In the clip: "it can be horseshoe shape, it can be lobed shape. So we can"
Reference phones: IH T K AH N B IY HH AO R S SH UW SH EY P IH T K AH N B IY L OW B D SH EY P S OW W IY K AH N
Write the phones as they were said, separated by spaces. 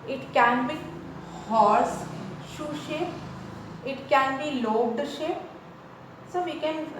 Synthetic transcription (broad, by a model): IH T K AH N B IY HH AO R S SH UW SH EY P IH T K AH N B IY L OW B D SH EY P S OW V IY K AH N